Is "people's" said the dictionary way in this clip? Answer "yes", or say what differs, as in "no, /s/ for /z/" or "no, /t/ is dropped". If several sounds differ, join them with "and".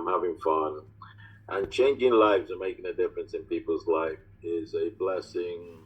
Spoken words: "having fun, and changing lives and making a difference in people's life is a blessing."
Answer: yes